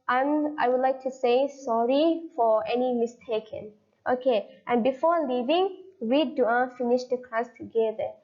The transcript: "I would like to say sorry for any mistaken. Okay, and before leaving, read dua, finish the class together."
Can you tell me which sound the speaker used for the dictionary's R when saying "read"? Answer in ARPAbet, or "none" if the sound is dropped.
W